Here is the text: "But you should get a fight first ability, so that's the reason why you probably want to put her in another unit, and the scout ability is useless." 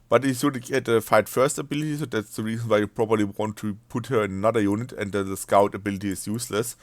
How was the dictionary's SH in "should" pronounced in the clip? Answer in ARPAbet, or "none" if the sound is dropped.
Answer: S